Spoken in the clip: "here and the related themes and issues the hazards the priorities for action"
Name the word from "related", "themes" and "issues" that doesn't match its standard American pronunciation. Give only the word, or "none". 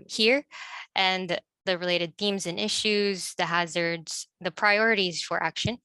none